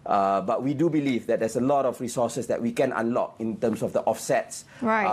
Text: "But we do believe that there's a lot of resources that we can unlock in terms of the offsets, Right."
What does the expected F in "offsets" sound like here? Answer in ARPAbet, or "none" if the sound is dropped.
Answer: F